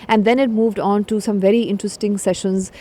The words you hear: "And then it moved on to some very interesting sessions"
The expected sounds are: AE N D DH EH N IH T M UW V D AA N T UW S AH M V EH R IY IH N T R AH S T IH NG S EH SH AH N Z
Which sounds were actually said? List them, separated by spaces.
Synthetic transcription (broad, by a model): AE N D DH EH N IH T M UW V D AA N T UW S AH M V EH R IY IH N T R AH S T IH NG S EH SH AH N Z